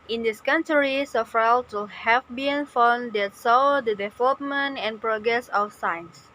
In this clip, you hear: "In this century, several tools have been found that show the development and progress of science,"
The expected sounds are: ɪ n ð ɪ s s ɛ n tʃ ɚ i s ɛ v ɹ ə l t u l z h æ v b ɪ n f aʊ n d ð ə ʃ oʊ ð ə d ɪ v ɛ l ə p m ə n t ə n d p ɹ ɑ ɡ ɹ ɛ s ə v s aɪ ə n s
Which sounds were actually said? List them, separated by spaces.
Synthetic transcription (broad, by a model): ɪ n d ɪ s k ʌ n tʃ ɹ i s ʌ f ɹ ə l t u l h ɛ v b ɪ n f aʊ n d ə s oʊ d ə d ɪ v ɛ l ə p m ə n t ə n p ɹ ɑ ɡ ɹ ɛ s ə f s aɪ n s